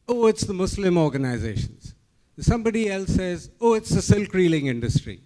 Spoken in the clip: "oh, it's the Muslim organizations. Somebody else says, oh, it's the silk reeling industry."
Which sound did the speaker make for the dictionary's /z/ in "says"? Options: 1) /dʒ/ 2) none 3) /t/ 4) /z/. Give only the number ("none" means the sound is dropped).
4